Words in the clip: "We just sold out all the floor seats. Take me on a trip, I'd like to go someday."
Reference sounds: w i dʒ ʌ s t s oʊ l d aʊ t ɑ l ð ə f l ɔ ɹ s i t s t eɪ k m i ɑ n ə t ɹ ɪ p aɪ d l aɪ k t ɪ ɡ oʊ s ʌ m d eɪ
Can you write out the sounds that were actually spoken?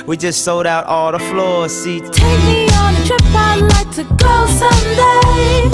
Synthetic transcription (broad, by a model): w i dʒ ʌ s t s oʊ l d aʊ t ɑ l ð ə f l ɔ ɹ s i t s t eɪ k m i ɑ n ə t ɹ ɪ p aɪ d l aɪ k t ɪ ɡ oʊ s ʌ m d eɪ